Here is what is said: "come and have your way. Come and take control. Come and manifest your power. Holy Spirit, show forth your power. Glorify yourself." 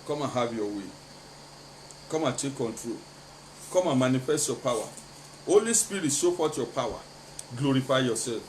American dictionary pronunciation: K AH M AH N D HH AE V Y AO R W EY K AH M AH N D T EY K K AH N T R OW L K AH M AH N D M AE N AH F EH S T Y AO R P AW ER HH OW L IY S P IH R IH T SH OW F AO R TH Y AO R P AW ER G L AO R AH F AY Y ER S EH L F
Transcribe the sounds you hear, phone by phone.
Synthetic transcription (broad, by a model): K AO M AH HH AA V Y AO W EY K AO M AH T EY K K AH N T R OW L K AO M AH M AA N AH F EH S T Y AO P AW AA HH OW L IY S P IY R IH T S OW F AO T Y AO P AW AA G L AO R AH F AY Y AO S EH L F